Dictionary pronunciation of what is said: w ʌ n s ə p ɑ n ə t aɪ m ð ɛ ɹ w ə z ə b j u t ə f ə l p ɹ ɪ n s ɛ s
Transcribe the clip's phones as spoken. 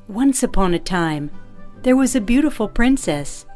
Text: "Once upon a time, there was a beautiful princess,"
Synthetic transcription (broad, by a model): w ʌ n s ə p ɑ n ə t aɪ m ð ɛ ɹ w ə z ə b j u t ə f l p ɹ ɪ n s ɛ s